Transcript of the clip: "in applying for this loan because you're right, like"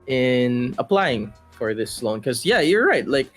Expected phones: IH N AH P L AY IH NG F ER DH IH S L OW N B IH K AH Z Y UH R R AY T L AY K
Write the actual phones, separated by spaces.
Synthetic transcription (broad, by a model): IH N AH P L AY IH NG F ER DH IH S L OW N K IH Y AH Y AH R R AY T L AY K